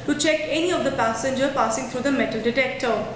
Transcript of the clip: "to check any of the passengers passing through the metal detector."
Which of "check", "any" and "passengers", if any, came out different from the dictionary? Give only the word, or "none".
passengers